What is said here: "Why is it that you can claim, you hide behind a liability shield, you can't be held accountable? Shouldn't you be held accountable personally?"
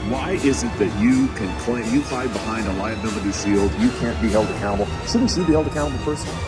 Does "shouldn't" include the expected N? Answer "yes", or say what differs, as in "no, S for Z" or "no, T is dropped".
no, N is dropped